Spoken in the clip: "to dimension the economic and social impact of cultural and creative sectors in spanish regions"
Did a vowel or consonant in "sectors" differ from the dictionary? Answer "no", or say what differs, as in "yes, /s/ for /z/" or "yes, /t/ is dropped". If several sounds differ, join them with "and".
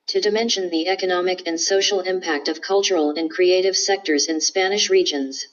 no